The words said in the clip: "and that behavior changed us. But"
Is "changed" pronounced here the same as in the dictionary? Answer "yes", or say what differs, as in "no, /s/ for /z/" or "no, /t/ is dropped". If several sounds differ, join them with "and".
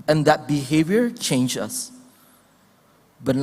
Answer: no, /d/ is dropped